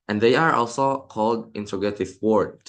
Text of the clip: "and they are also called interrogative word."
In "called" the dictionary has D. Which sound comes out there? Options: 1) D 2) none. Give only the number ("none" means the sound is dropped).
1